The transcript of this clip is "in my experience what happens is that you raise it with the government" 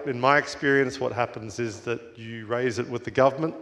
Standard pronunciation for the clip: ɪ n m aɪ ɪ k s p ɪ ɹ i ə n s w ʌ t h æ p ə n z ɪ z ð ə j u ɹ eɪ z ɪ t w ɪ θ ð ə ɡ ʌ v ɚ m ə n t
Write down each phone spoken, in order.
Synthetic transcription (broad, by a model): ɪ n m aɪ ɪ k s p ɪ ɹ i ə n s w ʌ t h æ p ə n z ɪ z ð ə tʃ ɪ ɹ eɪ z ɪ t w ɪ ð ə ɡ ʌ v ɚ m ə n t